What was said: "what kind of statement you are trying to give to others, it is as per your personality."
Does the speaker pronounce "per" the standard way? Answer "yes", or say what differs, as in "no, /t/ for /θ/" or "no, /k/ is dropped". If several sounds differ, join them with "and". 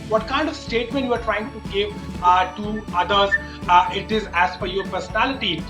no, /f/ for /p/